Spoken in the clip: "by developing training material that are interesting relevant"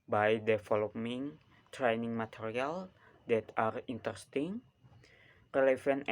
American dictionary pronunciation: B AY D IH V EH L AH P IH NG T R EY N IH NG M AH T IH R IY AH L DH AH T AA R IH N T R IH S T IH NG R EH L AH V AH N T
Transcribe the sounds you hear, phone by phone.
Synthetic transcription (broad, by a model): B AY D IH F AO L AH IH NG T R EY N IH NG M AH T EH R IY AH L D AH T AA R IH N T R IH S T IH NG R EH L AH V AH N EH